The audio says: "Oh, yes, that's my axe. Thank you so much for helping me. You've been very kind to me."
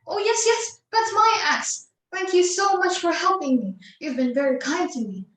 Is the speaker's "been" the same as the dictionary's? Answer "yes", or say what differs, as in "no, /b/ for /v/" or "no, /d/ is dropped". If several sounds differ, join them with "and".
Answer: yes